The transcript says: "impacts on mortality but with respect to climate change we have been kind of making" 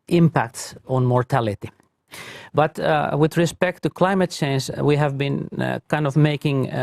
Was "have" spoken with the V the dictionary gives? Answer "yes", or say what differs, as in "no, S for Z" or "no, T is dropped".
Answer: yes